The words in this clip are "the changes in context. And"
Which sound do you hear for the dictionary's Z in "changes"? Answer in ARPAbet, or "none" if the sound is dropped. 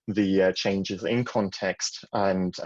Z